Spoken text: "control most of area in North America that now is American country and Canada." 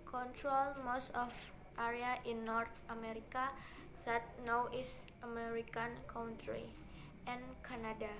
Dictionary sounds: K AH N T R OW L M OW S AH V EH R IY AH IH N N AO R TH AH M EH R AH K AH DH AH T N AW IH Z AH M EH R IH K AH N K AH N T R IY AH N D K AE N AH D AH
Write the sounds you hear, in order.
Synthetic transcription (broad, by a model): K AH N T R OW L M OW S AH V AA R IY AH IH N N AO R T AH M EH R AH K AH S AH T N AW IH S AH M EH R IH K AH N K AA N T R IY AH N K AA N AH D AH